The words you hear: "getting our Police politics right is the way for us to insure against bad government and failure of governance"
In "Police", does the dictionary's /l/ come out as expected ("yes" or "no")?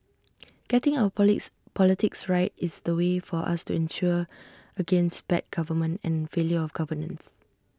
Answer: no